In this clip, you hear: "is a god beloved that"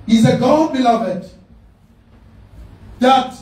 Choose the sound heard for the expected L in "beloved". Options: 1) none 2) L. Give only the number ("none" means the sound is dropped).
2